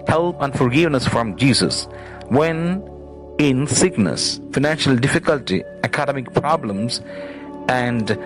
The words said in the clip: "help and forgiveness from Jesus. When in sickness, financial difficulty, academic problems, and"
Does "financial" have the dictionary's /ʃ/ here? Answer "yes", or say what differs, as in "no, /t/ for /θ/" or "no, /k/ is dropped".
yes